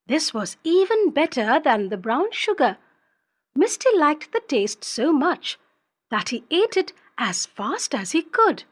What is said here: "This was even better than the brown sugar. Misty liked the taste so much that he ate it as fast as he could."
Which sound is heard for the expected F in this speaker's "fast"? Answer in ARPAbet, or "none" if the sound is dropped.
F